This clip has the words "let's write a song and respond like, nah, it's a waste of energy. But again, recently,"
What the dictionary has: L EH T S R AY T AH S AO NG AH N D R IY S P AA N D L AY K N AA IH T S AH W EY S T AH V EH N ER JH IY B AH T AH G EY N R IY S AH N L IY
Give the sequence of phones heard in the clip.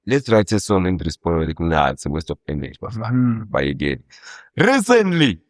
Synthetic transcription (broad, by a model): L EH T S R AY T AH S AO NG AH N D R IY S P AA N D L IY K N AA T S AH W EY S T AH P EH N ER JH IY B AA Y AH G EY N R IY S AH N L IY